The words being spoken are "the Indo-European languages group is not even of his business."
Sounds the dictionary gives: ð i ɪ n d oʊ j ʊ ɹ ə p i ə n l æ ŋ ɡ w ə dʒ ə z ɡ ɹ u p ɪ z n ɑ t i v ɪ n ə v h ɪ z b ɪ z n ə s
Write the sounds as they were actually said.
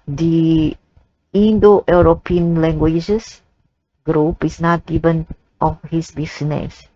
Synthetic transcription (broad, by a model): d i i n d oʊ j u ɹ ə p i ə n l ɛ ŋ ɡ w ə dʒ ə s ɡ ɹ u p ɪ s n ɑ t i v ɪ n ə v h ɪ s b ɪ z n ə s